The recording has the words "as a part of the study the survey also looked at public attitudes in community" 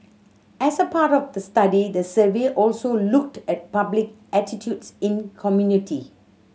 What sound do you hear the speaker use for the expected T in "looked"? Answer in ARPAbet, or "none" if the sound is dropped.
T